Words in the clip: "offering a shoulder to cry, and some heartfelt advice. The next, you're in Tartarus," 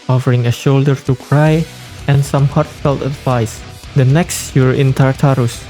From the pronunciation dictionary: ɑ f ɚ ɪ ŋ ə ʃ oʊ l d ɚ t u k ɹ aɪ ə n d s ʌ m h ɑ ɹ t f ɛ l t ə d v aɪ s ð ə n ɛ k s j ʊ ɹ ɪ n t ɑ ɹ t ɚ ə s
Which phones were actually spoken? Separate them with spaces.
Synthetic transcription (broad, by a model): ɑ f ɚ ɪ ŋ ə ʃ oʊ l d ɚ t u k ɹ aɪ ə n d s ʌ m h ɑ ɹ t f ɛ l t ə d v aɪ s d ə n ɛ k s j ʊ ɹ ɪ n t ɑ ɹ t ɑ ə s